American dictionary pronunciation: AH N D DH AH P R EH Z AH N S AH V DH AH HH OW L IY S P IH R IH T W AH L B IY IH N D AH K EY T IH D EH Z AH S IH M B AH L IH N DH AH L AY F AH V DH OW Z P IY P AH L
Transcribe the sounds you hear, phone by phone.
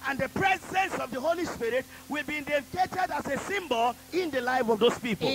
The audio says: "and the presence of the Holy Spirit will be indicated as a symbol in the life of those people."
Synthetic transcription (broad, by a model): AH N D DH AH P R EH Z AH N S AH V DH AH HH OW L IY S P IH R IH T W AH L B IY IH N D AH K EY T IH D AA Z AH S IH M B AH L IH N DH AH L AY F AH V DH OW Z P IY P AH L